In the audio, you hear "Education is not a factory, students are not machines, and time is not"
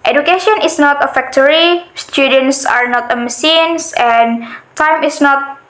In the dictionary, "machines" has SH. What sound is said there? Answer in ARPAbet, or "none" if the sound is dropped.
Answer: S